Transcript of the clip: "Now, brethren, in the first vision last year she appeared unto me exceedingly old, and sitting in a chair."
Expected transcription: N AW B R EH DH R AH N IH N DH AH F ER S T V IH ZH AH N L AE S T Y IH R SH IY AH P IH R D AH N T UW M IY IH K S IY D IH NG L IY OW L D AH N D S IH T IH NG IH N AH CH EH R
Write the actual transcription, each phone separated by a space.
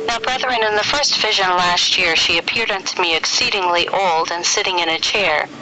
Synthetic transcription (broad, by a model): N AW B R EH DH R AH N IH N DH AH F ER S T V IH ZH AH N L AE S T Y IH R SH IY AH P IH R D AH N T UW M IY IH K S IY D IH NG L IY OW L D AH N S IH T IH NG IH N AH CH EH R